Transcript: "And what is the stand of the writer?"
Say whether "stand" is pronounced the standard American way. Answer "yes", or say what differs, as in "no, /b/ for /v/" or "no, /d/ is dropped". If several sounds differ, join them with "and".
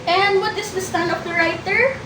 no, /d/ is dropped